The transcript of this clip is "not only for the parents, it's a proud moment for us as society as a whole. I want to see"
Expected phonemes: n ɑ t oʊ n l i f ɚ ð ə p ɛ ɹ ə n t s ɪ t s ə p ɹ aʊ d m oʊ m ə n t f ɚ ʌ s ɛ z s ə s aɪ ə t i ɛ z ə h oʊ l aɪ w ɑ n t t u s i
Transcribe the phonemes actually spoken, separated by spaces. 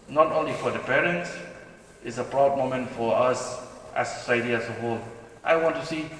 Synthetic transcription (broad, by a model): n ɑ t oʊ n l i f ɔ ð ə p ɛ ɹ ə n t s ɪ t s ə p ɹ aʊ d m oʊ m ə n t f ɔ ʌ s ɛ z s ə s aɪ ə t i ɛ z ə h oʊ l aɪ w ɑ n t t u s i